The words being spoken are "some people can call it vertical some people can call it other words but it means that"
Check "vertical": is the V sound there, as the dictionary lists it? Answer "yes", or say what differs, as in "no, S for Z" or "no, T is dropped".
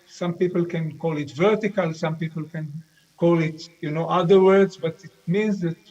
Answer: yes